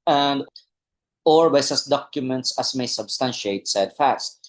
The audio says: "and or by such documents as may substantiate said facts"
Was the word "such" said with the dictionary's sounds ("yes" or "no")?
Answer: no